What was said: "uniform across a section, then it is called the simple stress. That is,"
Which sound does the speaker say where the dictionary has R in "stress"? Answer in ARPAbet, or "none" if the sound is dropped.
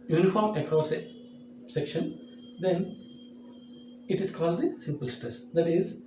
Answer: R